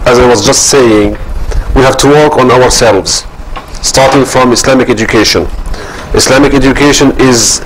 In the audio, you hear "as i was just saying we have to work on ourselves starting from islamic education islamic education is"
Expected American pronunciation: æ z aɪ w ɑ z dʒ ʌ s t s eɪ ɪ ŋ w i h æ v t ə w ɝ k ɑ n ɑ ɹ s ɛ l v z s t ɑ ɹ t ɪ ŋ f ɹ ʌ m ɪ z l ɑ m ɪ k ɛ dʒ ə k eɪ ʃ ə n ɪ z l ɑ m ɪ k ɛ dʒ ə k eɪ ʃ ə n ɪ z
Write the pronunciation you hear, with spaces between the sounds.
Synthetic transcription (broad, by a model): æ z aɪ w ɑ z dʒ ʌ s t s eɪ ɪ ŋ w i h æ v t ə w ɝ k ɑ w ɑ ɹ s ɛ l v z s t ɑ ɹ t ɪ ŋ f ɹ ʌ m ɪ s l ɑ m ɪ k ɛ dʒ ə k eɪ ʃ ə n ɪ s l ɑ m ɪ k ɛ dʒ ə k eɪ ʃ ə n ɪ z